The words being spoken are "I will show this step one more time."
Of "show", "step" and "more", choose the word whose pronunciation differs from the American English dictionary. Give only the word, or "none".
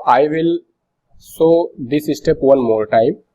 show